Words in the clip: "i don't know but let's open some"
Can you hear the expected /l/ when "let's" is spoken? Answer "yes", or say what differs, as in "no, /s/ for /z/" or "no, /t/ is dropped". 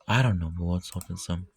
no, /w/ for /l/